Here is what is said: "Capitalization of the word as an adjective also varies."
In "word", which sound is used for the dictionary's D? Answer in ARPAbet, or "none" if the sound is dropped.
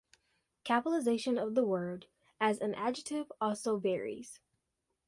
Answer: D